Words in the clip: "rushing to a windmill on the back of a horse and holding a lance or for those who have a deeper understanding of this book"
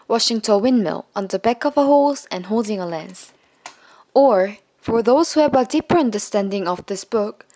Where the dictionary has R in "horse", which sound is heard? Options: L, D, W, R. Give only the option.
L